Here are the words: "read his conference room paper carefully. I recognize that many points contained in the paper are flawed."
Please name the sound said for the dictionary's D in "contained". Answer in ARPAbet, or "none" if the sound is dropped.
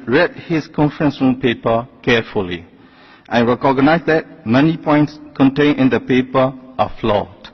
none